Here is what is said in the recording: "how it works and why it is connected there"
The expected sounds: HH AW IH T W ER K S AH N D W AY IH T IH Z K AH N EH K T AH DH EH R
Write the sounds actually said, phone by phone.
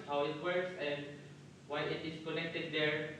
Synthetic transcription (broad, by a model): HH AW IH T W ER K S AH N D W AY IH T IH S K AH N EH K T AH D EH R